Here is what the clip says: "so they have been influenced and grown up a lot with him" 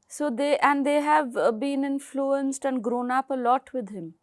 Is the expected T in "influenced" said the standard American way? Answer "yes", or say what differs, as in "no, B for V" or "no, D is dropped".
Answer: yes